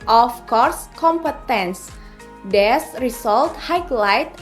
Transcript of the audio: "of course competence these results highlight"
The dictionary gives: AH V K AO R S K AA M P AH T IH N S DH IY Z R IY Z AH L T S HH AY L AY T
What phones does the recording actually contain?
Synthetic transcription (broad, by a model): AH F K AO R S K AA M P AH T IH N S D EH S R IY S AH L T HH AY L AY T